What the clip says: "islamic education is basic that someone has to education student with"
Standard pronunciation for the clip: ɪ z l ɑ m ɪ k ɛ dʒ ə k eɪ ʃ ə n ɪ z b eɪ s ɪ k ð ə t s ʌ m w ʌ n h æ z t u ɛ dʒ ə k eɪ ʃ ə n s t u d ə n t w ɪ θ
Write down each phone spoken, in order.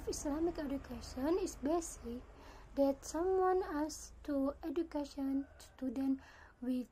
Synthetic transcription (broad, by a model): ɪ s l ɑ m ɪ k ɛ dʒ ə k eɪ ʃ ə n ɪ s b eɪ s ɪ k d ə t s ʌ m w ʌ n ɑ s t u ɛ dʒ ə k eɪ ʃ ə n s t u d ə n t w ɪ